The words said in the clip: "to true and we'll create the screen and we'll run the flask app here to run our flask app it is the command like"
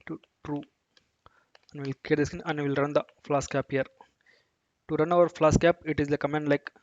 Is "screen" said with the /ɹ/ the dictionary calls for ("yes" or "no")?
no